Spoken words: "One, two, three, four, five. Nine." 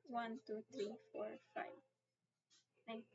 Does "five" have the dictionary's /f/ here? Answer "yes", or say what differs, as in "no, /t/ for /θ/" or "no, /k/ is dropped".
yes